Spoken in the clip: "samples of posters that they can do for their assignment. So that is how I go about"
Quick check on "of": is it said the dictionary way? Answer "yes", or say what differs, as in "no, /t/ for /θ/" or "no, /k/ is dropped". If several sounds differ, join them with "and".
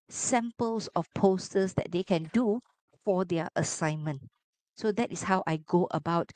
no, /f/ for /v/